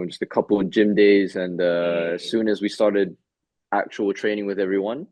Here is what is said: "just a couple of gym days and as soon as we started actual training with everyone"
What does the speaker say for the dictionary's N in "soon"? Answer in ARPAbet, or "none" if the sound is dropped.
N